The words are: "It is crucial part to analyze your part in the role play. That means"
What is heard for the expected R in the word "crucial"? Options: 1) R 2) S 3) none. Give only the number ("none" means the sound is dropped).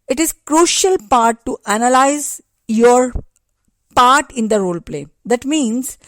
1